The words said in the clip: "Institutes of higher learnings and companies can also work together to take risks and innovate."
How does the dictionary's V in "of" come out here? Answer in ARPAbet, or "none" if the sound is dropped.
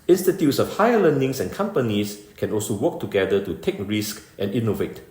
F